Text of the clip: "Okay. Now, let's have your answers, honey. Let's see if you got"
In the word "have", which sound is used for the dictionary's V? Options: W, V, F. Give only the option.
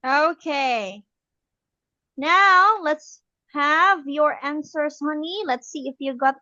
V